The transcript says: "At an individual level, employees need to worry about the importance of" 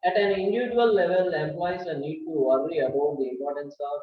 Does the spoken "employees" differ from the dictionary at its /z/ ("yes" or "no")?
yes